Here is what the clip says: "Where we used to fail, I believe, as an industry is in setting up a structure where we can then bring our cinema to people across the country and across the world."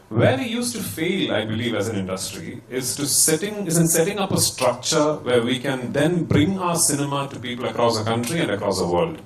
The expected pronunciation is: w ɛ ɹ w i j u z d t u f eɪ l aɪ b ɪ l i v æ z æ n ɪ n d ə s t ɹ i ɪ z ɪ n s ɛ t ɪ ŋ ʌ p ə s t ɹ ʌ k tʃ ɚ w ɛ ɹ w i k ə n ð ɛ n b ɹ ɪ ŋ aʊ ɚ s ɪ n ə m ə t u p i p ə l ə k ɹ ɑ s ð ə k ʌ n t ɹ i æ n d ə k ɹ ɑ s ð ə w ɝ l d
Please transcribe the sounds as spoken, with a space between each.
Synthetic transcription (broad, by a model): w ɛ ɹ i j u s t u f eɪ l aɪ b ɪ l i v æ z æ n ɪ n d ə s t ɹ i ɪ z ɪ n s ɛ t ɪ ŋ ʌ p ə s t ɹ ʌ k tʃ ɚ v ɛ ɹ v i k ə n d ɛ n b ɹ ɪ ŋ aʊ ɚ s ɪ n ə m ə t u p i p ə l ə k ɹ ɑ s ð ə k ʌ n t ɹ i æ n d ə k ɹ ɑ s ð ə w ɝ l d